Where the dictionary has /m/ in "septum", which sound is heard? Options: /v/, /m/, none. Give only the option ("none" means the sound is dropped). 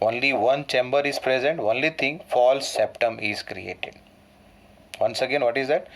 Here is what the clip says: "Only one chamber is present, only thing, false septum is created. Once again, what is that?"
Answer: /m/